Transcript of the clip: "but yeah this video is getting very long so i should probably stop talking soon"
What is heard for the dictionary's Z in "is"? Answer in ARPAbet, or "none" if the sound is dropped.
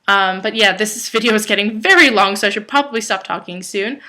Z